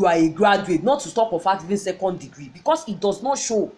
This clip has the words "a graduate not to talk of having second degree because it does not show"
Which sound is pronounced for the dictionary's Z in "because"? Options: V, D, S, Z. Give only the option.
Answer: S